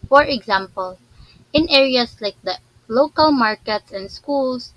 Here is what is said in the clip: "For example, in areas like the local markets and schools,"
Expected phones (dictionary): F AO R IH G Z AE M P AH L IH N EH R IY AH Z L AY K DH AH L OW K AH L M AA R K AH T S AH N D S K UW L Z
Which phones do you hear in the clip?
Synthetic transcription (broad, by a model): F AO R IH G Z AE M P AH L IH N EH R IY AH S L AY K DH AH L OW K AH L M AA R K AH T S AH N D S K UW L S